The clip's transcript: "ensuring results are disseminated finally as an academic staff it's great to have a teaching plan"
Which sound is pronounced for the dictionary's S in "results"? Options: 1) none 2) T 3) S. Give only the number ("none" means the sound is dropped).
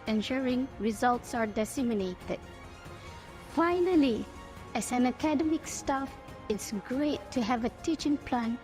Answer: 3